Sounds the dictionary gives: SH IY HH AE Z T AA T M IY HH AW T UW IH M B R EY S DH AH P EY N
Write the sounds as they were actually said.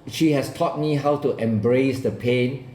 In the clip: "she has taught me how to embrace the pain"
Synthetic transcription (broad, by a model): SH IY HH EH S T AA T M IY HH AW T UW IH M B R EY S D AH P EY N